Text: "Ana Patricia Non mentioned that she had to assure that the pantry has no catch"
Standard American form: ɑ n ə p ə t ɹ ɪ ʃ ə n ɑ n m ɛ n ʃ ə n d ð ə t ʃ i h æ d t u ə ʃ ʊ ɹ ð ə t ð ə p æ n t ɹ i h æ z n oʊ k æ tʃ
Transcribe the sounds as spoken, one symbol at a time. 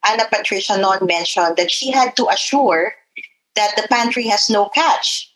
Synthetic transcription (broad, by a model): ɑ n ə p ə t ɹ ɪ ʃ ə n ɑ n m ɛ n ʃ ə n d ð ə t ʃ i h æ d t u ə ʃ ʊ ɹ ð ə t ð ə p æ n t ɹ i h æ s n oʊ k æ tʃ